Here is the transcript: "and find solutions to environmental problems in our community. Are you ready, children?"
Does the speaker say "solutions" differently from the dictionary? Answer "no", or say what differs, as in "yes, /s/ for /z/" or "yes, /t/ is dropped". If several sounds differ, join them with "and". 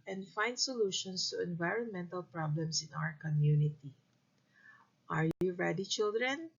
yes, /s/ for /z/